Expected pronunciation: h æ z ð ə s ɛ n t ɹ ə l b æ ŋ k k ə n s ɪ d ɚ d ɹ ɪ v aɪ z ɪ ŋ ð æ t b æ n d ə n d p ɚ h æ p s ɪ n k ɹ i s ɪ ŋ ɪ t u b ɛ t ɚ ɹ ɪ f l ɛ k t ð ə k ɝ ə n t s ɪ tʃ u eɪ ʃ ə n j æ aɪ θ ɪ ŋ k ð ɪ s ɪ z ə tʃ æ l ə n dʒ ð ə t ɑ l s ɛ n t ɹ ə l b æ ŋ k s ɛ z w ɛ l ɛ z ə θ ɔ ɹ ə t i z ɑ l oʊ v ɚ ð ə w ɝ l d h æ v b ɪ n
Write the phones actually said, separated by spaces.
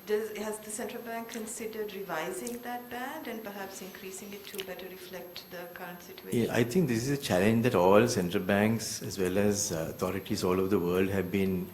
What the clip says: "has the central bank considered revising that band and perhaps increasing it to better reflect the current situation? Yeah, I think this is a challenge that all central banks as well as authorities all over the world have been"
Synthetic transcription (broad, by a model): h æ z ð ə s ɛ n t ɹ ə l b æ ŋ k k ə n s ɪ d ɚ d ɹ ɪ v aɪ z ɪ ŋ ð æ t b æ n d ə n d p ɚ h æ p s ɪ n k ɹ i s ɪ ŋ ɪ t u b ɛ t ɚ ɹ ɪ f l ɛ k t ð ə k ɝ ə n t s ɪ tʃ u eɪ ə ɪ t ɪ ŋ k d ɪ s ɪ z ə tʃ æ l ə n dʒ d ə t ɑ l s ɛ n t ɹ ə l b æ ŋ k s ɛ z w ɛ l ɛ z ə t ɔ ɹ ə t i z ɑ l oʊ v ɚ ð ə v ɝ l d h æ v b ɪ n